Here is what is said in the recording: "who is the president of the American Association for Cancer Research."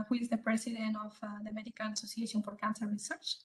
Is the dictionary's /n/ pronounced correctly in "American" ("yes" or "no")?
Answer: no